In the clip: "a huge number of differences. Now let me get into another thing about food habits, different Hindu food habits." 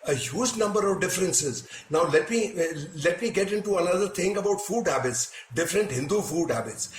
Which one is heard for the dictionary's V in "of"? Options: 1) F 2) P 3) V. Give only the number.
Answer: 3